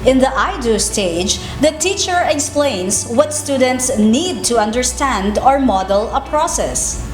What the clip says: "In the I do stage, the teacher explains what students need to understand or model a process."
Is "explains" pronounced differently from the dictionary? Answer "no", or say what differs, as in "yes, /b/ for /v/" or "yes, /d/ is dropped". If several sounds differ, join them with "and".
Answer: yes, /s/ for /z/